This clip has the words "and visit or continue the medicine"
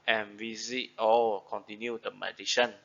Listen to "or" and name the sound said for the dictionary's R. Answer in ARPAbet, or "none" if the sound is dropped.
L